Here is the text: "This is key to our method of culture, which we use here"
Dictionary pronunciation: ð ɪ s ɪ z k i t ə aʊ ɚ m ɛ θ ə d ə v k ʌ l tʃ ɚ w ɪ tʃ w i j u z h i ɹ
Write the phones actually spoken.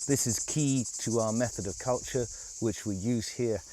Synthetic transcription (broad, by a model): ð ɪ s ɪ z k i t ə aʊ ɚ m ɛ θ ə d ə v k ʌ l tʃ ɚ w ɪ tʃ w i j u z h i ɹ